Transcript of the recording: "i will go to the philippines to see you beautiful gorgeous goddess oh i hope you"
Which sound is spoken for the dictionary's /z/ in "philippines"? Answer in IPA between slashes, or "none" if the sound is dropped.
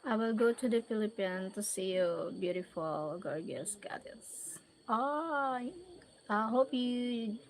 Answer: none